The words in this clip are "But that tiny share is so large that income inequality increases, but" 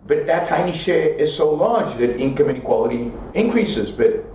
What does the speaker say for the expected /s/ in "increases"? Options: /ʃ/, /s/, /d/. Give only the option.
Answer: /s/